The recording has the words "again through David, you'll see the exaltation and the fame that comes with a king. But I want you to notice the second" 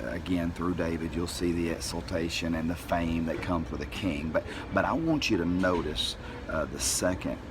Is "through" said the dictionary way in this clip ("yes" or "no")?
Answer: yes